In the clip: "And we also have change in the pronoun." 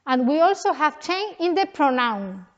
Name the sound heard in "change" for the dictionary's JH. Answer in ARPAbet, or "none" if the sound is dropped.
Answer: none